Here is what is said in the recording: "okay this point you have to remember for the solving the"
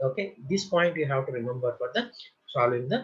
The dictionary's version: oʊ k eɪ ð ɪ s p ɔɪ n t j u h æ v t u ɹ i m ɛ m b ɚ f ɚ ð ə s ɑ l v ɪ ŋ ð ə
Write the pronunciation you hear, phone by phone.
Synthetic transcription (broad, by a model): oʊ k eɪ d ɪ s p ɔɪ n t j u h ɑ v t u ɹ i m ɛ m b ɚ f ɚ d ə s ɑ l ɪ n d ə